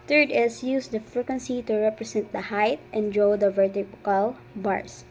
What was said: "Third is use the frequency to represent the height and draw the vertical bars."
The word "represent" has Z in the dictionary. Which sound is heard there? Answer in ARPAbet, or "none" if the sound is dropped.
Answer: S